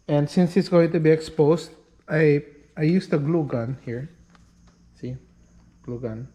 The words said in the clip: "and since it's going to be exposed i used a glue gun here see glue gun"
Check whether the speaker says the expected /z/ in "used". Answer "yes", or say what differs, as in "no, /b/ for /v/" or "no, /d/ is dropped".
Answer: no, /s/ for /z/